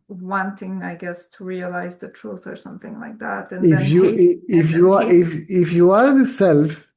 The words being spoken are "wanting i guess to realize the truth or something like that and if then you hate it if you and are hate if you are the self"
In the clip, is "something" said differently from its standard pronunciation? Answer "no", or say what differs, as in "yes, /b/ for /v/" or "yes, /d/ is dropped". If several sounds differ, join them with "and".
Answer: no